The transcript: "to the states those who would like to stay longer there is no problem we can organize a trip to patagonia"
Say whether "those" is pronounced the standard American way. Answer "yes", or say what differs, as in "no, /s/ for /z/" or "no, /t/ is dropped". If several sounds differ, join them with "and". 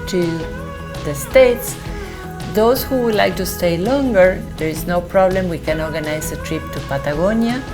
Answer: no, /s/ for /z/